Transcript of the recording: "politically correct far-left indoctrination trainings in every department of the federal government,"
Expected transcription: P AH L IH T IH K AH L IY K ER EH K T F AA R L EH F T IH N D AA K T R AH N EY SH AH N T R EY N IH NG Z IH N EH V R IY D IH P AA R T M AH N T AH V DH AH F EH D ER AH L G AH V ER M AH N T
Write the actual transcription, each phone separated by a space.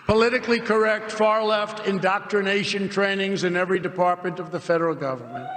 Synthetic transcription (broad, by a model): P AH L IH T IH K L IY K ER EH K T F AA R L EH F T IH N D AA K T R AH N EY SH AH N T R EY N IH NG Z IH N EH V R IY D IH P AA R T M AH N T AH V DH AH F EH D ER L G AH V ER M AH N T